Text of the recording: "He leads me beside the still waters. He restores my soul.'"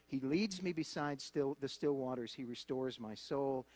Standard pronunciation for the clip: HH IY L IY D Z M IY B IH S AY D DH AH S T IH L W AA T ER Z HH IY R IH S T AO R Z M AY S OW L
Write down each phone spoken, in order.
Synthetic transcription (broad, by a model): HH IY L IY D Z M IY B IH S AY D DH AH S T IH L W AA T ER Z HH IY R IH S T AO R Z M AY S OW L